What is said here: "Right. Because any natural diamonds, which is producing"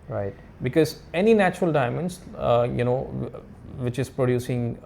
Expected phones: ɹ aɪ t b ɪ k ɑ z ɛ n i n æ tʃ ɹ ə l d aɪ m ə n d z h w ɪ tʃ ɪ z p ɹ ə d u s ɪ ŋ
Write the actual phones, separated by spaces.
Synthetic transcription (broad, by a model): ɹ aɪ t b ɪ k ɑ z ɛ n i n æ tʃ ɹ ə l d aɪ m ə n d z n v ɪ tʃ ɪ z p ɹ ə d u s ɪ ŋ